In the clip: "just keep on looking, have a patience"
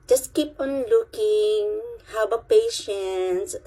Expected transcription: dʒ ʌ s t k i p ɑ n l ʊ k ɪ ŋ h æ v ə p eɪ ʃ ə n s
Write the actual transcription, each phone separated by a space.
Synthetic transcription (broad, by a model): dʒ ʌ s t k i p ɑ n l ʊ k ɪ ŋ h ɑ w ə p eɪ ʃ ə n s